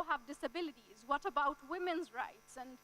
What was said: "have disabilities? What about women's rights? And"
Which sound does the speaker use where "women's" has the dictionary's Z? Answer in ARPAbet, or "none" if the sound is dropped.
Z